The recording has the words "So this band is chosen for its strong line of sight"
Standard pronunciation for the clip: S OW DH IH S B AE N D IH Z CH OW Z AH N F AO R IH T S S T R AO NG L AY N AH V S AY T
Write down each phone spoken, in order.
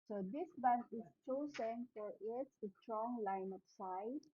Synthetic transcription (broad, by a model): S OW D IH S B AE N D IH S CH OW S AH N F AO R IH T S S T R AO NG L AY N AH P S AY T